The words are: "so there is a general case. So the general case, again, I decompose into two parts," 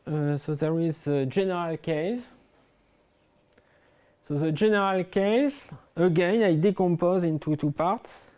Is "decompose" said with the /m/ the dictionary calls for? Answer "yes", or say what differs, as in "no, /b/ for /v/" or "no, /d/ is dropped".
yes